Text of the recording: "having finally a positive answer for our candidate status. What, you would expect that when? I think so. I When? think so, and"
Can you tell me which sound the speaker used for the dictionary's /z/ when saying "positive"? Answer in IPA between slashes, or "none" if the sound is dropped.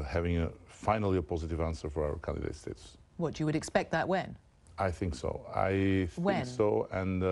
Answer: /z/